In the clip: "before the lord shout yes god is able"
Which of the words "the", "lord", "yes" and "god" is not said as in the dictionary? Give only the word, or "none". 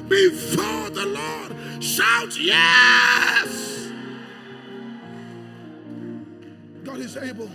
none